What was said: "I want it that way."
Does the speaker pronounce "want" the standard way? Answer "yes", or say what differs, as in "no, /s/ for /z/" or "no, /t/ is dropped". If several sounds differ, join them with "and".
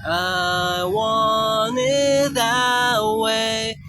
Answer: no, /t/ is dropped